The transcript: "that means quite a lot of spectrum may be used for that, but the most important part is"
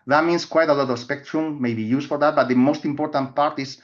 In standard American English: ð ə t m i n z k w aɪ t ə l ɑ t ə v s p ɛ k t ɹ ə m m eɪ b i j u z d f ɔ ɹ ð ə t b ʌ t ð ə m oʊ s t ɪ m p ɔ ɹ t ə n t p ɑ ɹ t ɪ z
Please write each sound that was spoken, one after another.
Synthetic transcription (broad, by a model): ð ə t m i n s k w aɪ t ə l ɑ t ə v s p ɛ k t ɹ ə m m eɪ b i j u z f ɔ ɹ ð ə t b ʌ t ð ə m oʊ s t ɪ m p ɔ ɹ t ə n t p ɑ ɹ t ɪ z